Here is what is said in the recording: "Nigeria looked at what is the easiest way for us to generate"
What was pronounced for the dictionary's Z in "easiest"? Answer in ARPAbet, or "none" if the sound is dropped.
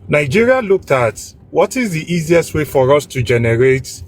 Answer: Z